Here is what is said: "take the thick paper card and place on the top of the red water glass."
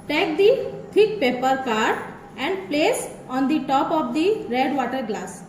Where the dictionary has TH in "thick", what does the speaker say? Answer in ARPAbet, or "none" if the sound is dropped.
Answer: T